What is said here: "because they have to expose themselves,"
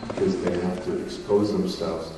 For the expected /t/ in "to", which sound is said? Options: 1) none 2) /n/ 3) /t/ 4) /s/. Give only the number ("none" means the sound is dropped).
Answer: 3